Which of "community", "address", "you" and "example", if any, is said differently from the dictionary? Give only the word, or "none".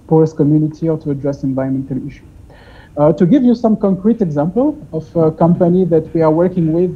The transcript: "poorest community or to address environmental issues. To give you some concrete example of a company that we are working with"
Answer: none